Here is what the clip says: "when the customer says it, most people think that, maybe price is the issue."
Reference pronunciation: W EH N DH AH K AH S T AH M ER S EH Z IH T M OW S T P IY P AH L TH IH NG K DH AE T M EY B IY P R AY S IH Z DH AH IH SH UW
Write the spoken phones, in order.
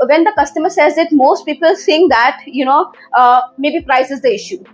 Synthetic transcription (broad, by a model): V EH N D AH K AH S T AH M ER S EH Z IH T M OW S T P IY P AH L S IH NG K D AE T M EY B IY P R AY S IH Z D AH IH SH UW